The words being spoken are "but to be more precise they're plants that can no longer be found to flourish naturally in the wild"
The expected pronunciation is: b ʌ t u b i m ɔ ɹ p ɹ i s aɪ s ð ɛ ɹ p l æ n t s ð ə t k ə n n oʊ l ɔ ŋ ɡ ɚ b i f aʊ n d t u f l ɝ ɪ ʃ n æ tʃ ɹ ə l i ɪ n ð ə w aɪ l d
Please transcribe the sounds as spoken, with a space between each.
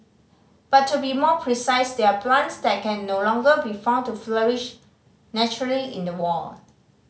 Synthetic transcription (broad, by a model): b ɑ t u b i m ɔ p ɹ i s aɪ s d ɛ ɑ p l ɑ n t s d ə t k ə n n oʊ l ɔ ŋ ɡ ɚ b i f aʊ n t u f l ɝ ɪ ʃ n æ tʃ ɹ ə l i ɪ n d ə w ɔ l